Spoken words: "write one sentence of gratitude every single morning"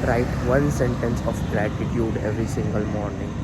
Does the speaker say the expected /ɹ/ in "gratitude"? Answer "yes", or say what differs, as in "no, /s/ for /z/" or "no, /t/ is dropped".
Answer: no, /l/ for /ɹ/